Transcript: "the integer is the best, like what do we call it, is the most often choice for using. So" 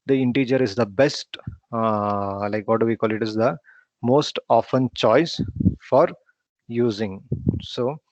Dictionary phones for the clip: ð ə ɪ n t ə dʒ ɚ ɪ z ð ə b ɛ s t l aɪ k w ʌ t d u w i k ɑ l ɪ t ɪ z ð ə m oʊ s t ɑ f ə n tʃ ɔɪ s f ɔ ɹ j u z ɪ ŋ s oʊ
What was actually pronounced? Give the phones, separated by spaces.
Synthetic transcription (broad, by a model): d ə ɪ n t ə dʒ ɚ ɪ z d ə b ɛ s t l aɪ k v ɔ t d u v i k ɑ l ɪ t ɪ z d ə m oʊ s t ɑ f ə n tʃ ɔɪ s f ɔ ɹ j u z ɪ ŋ s oʊ